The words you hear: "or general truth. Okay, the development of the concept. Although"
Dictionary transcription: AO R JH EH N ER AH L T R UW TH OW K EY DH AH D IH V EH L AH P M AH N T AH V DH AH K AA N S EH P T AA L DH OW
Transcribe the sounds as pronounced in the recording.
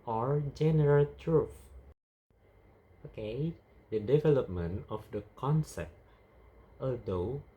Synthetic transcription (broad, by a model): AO R JH EH N ER AH L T R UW F OW K EY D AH D IH V EH L AH P M AH N T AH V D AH K AA N S EH P T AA L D OW